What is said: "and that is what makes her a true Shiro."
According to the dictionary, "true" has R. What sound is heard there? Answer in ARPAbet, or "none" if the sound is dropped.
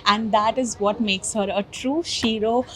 R